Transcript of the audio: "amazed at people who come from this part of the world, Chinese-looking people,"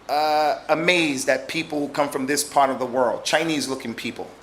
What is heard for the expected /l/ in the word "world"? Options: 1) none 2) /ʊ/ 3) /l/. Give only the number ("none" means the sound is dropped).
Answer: 3